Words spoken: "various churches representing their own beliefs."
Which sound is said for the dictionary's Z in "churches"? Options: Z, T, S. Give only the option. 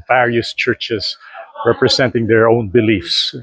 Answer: S